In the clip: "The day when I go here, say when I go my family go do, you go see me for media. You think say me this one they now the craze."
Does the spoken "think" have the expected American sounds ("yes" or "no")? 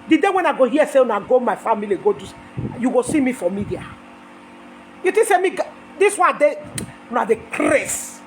no